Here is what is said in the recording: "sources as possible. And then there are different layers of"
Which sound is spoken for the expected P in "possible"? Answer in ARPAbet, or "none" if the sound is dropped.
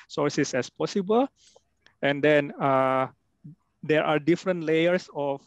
P